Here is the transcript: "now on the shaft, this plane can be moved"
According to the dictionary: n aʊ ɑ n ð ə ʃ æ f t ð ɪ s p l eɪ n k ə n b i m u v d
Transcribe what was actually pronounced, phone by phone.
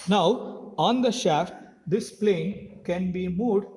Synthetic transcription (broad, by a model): n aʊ ɑ n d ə ʃ æ f t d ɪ s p l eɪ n k ə n b i m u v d